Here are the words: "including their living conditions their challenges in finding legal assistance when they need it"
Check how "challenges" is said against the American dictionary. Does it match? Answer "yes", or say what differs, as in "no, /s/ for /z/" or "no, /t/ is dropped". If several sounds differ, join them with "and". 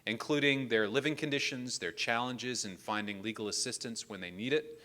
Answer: yes